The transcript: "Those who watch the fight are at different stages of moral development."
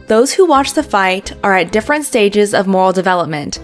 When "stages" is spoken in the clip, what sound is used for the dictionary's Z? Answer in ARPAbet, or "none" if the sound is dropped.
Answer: Z